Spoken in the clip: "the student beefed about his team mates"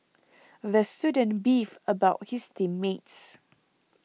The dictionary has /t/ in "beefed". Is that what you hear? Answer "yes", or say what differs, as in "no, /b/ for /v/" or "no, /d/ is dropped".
no, /t/ is dropped